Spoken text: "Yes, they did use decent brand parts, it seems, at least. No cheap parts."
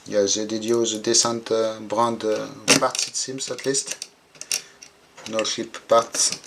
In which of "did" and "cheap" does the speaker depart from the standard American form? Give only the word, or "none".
cheap